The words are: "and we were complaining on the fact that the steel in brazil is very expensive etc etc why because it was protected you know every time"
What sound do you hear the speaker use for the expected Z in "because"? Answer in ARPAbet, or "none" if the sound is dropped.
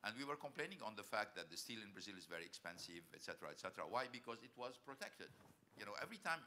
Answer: Z